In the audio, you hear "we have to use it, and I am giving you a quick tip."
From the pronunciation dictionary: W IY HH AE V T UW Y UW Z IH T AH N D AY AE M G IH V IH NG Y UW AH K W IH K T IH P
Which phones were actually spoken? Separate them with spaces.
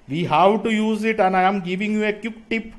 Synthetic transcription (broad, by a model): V IY HH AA W T UW Y UW Z IH T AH N AY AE M G IH V IH NG Y UW AH K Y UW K T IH P